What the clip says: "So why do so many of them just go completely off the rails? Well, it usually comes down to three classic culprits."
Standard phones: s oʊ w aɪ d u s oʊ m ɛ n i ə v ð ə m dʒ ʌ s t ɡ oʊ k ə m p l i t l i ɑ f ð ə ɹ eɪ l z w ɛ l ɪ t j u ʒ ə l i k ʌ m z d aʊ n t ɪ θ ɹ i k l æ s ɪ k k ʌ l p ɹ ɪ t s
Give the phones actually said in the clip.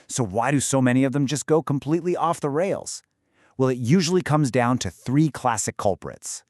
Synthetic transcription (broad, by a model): s oʊ w aɪ d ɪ s oʊ m ɛ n i ə v ð ə m dʒ ʌ s ɡ oʊ k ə m p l i t l i ɑ f ð ə ɹ eɪ l z w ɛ l ɪ t j u ʒ l i k ʌ m z d aʊ n t ɪ θ ɹ i k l æ s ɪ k k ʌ l p ɹ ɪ t s